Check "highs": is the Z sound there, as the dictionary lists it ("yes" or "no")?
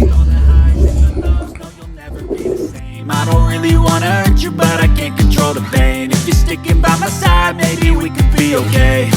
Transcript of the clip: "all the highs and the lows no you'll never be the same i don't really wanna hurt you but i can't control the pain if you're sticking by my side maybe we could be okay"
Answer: no